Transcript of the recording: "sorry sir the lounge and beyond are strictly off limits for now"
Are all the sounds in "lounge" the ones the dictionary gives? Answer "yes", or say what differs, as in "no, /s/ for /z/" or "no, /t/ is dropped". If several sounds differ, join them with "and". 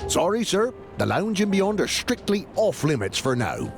yes